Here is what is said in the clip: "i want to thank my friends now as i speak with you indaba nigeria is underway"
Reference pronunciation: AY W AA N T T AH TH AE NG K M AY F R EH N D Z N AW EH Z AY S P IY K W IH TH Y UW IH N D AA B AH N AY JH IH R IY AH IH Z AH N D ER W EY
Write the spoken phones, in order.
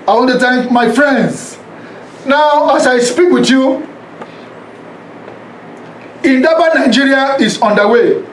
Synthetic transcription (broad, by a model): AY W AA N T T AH T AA M AY F R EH N D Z N AW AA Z AY S P IY K W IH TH Y UW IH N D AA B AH N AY JH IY R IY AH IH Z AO N D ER W EY